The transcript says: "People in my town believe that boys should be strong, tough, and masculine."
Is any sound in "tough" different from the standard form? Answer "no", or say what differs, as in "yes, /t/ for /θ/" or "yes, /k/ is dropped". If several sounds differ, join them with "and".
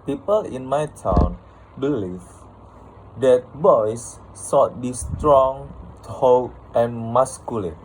yes, /f/ is dropped